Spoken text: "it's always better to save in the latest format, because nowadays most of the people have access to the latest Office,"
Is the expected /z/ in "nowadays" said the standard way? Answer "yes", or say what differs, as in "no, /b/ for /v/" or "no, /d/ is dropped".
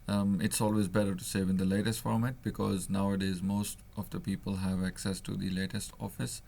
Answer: yes